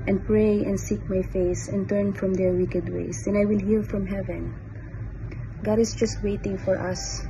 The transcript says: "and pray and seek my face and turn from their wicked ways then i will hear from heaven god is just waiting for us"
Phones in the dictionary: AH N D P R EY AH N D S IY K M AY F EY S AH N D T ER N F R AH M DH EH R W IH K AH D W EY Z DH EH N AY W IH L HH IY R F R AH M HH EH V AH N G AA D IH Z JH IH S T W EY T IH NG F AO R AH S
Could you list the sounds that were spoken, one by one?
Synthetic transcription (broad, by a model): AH N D P R EY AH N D S IY K M AY F EY S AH N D T ER N F R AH M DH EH R W IH K AH D W EY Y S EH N AY W IH L HH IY L F R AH M HH EH V AH N G AA D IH S JH IH S T W EY T IH NG F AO R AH S